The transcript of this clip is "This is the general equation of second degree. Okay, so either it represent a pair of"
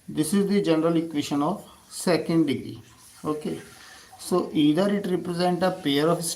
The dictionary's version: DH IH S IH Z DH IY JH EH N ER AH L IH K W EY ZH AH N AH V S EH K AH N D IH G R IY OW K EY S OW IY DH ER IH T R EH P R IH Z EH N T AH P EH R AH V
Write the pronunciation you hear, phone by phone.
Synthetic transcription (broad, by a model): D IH S IH Z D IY JH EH N ER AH L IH K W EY SH AH N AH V S EH K AH N D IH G IY OW K EY S OW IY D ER IH T R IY P R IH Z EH N T AH P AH R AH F